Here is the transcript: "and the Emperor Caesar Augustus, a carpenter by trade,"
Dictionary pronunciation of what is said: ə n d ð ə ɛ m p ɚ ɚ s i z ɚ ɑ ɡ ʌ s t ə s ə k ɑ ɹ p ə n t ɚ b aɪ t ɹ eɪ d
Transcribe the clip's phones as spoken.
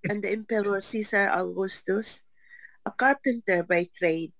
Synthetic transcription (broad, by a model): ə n d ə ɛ m p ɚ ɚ s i s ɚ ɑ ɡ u s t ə s ə k ɑ ɹ p ə n t ɚ b aɪ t ɹ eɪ d